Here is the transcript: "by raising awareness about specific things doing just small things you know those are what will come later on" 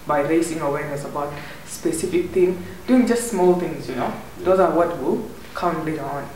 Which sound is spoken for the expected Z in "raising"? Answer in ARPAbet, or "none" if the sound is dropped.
S